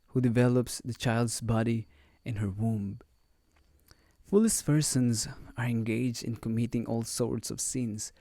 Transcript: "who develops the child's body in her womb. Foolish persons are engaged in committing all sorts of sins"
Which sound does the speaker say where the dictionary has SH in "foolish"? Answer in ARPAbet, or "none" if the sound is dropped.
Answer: S